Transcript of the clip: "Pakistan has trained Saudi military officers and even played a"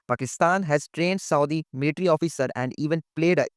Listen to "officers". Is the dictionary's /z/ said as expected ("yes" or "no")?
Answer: no